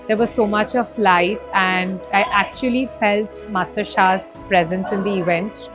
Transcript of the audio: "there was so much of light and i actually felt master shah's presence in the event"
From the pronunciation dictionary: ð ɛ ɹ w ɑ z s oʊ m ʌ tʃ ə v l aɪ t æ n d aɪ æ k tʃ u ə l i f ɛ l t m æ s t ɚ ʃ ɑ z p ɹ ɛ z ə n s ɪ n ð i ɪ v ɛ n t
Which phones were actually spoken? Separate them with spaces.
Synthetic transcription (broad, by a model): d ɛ ɹ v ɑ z s oʊ m ʌ tʃ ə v l aɪ t æ n d aɪ æ k tʃ u ə l i f ɛ l t m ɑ s t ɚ ʃ ɑ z p ɹ ɛ z ə n s ɪ n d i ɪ v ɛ n t